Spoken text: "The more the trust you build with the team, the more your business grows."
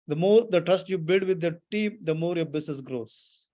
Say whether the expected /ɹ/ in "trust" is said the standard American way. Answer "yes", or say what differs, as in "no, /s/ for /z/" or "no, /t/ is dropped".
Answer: yes